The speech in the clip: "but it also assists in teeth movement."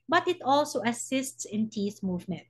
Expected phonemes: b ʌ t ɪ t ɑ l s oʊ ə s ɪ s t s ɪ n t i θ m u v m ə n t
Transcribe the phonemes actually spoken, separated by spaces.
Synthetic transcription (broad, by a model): b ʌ t ɪ t ɑ l s oʊ ə s ɪ s t s ɪ n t i s m u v m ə n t